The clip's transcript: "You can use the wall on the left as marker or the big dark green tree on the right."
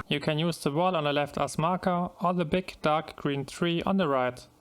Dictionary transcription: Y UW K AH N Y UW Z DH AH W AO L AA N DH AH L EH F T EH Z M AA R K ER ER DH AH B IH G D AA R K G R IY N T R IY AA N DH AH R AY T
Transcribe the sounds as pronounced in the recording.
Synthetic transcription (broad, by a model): Y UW K AH N Y UW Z DH AH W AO L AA N DH AH L EH F T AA S M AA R K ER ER DH AH B IH G D AA R K G R IY N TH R IY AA N DH AH R AY T